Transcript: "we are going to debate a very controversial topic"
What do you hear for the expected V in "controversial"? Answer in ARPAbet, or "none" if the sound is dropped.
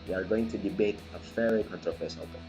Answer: F